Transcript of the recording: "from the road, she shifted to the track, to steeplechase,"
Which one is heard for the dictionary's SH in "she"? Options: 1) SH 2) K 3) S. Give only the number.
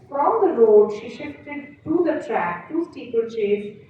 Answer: 1